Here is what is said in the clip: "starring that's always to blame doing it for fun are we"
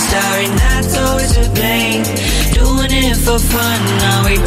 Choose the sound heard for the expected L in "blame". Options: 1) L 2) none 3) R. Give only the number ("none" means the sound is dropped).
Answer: 2